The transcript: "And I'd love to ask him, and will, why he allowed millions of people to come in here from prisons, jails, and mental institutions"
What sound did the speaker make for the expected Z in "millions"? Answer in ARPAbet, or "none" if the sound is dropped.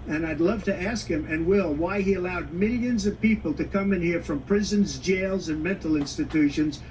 Z